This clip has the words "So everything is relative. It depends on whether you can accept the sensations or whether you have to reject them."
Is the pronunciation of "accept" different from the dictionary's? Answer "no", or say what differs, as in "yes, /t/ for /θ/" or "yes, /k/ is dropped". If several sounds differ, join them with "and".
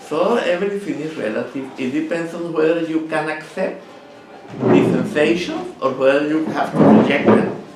no